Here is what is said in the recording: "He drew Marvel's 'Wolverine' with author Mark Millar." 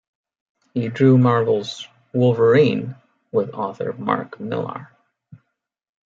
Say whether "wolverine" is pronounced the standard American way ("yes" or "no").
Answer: yes